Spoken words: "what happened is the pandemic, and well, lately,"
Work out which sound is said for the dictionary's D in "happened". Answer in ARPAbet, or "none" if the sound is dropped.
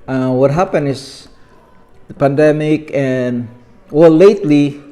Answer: none